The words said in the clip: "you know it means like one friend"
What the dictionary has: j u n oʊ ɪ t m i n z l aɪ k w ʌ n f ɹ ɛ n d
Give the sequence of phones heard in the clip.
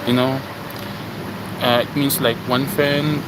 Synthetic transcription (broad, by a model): j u n oʊ ɪ t m i n s l aɪ k w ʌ n f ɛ n